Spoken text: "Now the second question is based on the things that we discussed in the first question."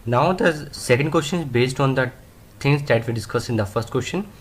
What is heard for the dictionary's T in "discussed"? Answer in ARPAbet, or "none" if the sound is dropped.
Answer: none